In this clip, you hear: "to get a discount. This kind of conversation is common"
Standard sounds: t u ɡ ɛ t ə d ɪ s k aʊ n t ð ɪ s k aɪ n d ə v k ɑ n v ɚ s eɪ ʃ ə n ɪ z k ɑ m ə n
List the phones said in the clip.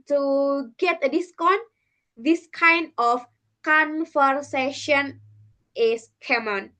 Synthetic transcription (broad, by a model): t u ɡ ɛ t ə d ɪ s k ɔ n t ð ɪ s k aɪ n d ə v k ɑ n f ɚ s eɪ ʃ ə n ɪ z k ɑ m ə n